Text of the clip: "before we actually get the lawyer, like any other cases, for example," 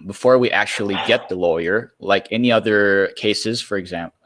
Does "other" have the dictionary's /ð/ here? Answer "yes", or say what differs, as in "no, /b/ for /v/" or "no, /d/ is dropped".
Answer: yes